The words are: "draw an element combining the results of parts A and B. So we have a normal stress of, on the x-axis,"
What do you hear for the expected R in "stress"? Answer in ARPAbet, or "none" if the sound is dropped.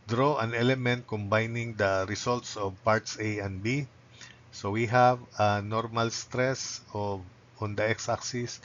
R